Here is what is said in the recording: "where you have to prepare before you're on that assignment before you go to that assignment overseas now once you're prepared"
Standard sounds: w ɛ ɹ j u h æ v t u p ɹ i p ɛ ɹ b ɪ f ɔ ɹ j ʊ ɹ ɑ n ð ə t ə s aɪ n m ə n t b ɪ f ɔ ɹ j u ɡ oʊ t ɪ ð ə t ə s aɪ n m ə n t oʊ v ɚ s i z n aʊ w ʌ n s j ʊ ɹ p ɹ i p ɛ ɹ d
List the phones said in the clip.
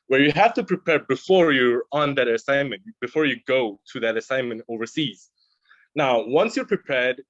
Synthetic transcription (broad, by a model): w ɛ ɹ j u h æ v t u p ɹ i p ɛ ɹ b ɪ f ɔ ɹ j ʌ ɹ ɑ n ð ə t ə s aɪ n m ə n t b ɪ f ɔ ɹ j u ɡ oʊ t ɪ ð ə t ə s aɪ n m ə n t oʊ v ɚ s i z n aʊ w ʌ n s j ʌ ɹ p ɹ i p ɛ ɹ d